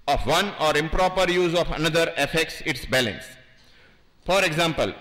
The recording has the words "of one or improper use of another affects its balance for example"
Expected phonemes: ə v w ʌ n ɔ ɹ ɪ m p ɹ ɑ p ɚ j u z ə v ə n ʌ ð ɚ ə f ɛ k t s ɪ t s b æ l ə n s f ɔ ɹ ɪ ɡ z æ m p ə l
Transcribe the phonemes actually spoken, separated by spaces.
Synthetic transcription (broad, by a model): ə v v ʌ n ɔ ɹ ɪ m p ɹ ɑ p ɚ j u z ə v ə n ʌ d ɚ ə f ɛ k t s ɪ t s b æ l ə n s f ɔ ɹ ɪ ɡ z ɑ m p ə l